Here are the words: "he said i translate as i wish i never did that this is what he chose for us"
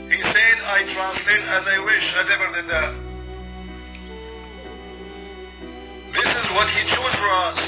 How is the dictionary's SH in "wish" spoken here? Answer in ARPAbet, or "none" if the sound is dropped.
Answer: SH